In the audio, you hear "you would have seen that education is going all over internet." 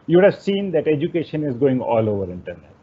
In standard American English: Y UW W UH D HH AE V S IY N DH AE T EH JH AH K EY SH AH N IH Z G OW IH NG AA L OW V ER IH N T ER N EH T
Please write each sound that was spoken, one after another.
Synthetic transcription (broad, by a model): Y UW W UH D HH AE V S IY N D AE T EH JH AH K EY SH AH N IH Z G OW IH NG AA L OW V ER IH N T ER N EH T